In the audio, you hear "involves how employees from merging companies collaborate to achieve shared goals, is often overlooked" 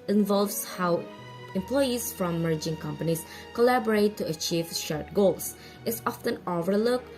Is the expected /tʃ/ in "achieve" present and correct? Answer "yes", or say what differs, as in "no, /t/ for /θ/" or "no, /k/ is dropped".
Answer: yes